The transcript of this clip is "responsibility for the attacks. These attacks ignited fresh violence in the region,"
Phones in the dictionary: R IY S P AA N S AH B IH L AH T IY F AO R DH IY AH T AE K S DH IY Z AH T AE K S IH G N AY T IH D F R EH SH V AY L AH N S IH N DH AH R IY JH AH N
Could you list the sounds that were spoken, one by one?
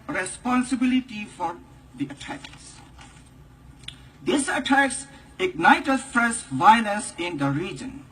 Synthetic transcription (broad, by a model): R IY S P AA N S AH B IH L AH T IY F AO R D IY AH T AE K S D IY S AH T AE K S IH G N AY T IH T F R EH S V AY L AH N S IH N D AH R IY JH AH N